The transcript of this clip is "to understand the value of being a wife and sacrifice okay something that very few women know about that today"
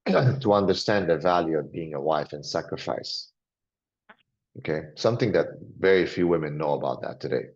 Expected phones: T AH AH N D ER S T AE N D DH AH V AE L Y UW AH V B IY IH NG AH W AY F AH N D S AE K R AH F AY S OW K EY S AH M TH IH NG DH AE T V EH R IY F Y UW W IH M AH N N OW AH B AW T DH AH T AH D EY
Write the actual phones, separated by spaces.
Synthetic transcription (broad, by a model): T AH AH N D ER S T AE N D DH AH V AE L Y UW AH V B IY IH NG AH W AY F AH N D S AE K R AH F AY S OW K EY S AH M TH IH NG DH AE T V EH R IY F Y UW W IH M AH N N OW AH B AW T DH AH T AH D EY